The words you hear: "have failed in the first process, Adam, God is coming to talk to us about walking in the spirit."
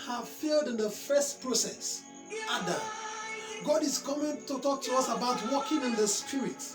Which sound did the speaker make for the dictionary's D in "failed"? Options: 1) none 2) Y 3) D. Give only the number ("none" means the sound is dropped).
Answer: 3